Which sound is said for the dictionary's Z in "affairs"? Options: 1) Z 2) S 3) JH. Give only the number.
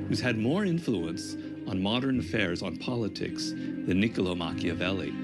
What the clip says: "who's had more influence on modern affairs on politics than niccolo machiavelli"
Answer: 1